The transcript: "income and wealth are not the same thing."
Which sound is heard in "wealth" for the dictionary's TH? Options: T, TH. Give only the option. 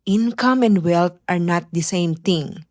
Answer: T